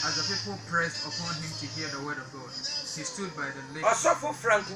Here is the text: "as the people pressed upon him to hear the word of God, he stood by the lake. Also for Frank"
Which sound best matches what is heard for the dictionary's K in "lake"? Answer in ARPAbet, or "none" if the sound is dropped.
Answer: none